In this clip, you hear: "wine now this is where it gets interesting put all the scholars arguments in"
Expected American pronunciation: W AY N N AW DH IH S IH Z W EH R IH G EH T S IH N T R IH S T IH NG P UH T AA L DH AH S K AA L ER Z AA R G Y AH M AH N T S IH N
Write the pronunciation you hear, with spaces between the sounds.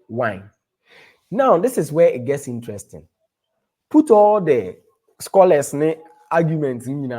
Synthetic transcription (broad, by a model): W AY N N AW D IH S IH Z W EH IH G EH T S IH N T R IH S T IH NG P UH T AA L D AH S K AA L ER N AA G Y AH M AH N T S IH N